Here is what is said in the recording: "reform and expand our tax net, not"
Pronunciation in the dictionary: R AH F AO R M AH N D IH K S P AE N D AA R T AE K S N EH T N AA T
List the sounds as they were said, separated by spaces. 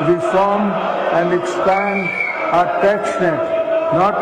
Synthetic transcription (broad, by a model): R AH F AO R M AH N D IH K S P AE N D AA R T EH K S N EH T N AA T